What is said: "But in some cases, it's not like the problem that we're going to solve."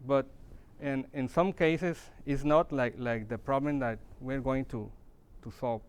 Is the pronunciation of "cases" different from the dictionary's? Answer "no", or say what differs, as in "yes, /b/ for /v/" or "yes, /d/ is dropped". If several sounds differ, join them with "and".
yes, /s/ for /z/